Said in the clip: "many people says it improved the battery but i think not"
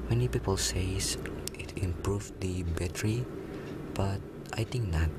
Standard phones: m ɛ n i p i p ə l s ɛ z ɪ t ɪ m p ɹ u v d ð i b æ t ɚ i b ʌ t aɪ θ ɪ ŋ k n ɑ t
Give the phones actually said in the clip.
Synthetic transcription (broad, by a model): m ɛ n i p i p ə l s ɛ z ɪ t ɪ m p ɹ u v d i b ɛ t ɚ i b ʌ t aɪ t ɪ ŋ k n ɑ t